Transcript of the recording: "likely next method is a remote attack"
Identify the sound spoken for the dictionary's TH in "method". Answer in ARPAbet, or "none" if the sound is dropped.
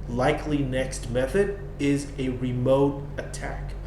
TH